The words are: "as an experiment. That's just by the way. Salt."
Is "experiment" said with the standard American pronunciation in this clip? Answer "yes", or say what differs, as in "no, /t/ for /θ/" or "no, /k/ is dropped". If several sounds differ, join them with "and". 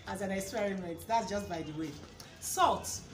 no, /p/ is dropped